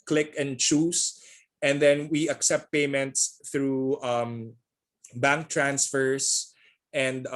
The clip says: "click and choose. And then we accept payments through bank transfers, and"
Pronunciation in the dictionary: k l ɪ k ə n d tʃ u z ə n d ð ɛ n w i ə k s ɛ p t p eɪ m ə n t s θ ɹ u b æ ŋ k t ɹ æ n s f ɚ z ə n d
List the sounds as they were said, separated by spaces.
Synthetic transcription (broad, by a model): k l ɪ k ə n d tʃ u s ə n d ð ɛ n w i ə k s ɛ p t p eɪ m ə n t s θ ɹ u b æ ŋ k t ɹ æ n s f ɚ s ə n d